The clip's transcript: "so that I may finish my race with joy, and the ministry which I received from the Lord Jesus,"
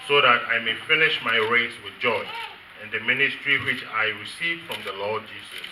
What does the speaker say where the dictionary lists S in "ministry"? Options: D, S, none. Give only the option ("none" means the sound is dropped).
S